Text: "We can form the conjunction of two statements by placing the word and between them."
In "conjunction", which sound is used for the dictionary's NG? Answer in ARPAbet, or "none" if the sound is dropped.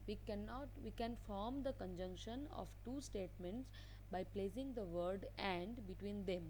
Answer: NG